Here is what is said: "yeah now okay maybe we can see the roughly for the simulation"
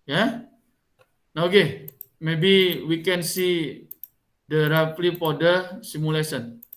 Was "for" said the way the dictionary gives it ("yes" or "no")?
no